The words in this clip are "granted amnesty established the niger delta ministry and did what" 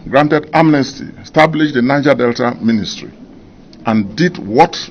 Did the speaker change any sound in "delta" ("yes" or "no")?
no